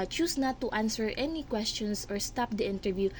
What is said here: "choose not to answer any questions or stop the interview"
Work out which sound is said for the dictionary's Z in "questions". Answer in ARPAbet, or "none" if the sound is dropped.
S